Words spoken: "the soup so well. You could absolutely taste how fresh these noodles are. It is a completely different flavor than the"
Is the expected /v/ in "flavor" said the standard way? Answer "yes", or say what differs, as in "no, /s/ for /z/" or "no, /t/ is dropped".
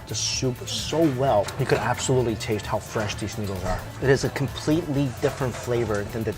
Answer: yes